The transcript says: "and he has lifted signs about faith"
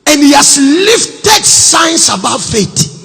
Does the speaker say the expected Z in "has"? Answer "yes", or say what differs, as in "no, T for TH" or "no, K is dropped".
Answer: no, S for Z